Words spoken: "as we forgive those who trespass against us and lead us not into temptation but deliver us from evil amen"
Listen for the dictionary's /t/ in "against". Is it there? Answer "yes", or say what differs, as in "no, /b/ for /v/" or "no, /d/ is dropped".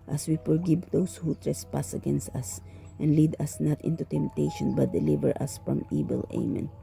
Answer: yes